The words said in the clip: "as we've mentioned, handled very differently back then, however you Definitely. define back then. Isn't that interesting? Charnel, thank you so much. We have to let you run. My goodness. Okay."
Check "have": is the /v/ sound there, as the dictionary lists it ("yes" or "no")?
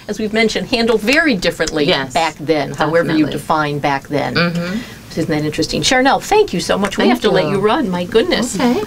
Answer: no